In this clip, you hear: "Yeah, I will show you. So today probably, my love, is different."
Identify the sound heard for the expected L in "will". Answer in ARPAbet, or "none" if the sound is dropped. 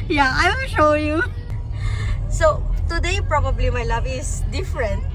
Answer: N